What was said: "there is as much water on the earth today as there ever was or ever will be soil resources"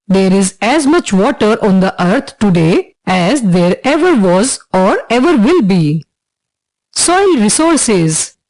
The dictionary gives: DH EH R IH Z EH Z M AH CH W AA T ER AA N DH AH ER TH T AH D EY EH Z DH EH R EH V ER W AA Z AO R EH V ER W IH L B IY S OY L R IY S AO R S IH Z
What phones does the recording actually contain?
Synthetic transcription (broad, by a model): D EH R IH Z EH Z M AH CH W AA T ER AA N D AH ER T T AH D EY EH Z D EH R EH V ER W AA Z AO R EH V ER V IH L B IY S OY L R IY S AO R S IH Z